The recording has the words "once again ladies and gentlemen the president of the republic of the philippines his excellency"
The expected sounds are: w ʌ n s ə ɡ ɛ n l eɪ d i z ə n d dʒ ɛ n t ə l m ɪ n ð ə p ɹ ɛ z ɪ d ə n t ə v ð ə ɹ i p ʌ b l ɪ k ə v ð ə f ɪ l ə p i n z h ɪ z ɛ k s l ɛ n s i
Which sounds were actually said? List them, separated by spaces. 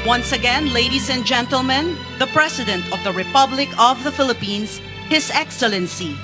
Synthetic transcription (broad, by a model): w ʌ n s ə ɡ ɛ n l eɪ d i s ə n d dʒ ɛ n t ə l m ɪ n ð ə p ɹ ɛ s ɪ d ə n t ə v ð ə ɹ i p ʌ b l ɪ k ə v ð ə f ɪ l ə p i n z h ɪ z ɛ k s l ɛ n s i